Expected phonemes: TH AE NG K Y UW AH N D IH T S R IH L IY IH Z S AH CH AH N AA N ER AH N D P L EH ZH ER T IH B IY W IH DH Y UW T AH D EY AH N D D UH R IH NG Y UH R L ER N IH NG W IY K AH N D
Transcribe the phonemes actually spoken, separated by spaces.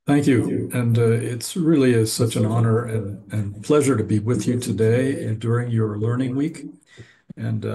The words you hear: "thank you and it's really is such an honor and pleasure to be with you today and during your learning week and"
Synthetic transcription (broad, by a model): TH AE NG K Y UW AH N IH T S R IH L IY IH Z S AH CH AH N AA N ER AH N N P L EH ZH ER T IH B IY W IH DH Y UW T AH D EY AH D D UH R IH NG Y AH R L ER N IH NG W IY K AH N